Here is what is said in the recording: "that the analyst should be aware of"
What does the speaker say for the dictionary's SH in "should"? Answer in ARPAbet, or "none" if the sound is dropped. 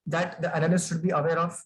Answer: SH